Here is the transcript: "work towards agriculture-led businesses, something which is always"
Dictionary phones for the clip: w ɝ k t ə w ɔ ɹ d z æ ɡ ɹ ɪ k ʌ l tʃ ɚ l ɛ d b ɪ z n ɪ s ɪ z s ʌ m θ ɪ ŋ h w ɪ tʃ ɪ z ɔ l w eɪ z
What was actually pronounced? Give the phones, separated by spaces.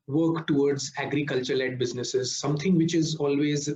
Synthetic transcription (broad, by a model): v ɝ k t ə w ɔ ɹ d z æ ɡ ɹ ɪ k ʌ l tʃ ɚ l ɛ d b ɪ z n ɪ s ɪ z s ʌ m t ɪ ŋ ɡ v ɪ tʃ ɪ z ɔ l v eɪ z